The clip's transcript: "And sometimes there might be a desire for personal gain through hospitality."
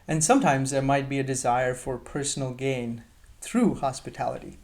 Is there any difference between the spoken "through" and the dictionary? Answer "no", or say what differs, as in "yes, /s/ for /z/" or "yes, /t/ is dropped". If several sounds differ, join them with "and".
no